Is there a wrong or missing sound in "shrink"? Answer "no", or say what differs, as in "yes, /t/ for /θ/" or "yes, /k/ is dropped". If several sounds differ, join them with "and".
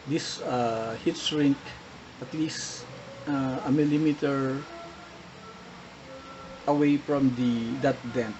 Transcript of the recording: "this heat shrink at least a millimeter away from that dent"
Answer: yes, /s/ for /ʃ/